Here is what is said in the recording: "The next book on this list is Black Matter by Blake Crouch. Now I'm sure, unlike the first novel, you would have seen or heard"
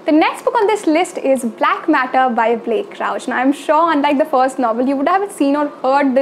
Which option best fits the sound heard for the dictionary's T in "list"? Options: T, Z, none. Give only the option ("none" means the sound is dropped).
T